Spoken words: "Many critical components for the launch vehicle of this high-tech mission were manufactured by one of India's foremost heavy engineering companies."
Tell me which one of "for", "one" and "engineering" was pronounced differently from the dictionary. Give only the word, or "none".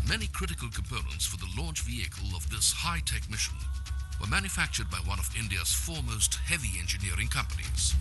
none